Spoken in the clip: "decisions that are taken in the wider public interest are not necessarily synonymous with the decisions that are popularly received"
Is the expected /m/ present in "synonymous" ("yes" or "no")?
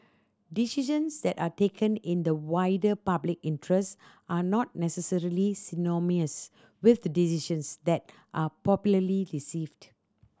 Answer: no